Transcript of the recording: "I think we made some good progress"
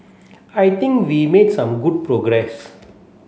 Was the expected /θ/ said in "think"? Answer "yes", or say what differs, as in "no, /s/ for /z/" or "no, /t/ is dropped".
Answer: no, /t/ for /θ/